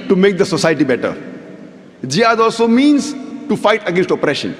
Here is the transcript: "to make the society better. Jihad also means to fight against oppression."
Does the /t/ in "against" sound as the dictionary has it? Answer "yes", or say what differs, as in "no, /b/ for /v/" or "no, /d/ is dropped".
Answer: yes